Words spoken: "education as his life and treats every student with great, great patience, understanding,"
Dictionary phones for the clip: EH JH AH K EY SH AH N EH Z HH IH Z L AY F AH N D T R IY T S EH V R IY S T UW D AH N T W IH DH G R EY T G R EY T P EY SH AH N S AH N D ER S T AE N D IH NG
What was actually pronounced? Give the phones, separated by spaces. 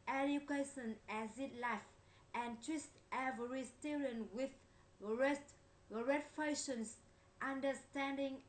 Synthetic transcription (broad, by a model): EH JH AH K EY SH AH N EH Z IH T L AY F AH N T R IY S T EH V R IY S T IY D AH N W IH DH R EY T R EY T F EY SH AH N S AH N D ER S T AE N D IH NG